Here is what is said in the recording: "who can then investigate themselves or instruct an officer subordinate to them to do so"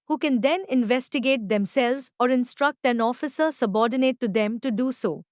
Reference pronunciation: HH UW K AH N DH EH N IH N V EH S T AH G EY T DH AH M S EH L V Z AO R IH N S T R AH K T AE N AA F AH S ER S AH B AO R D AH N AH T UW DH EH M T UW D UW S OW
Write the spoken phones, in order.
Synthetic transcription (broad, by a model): HH UW K AH N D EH N IH N V EH S T AH G EY T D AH M S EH L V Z AO R IH N S T R AH K T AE N AA F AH S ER S AH B AO R D AH N AH T UW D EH M T UW D UW S OW